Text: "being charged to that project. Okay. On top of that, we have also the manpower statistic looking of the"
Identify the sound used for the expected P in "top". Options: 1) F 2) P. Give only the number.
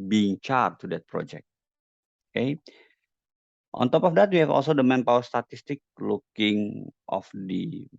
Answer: 2